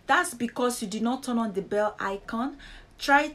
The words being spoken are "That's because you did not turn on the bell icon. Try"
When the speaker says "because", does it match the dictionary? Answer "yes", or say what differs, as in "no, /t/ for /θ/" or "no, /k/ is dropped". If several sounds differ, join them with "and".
no, /s/ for /z/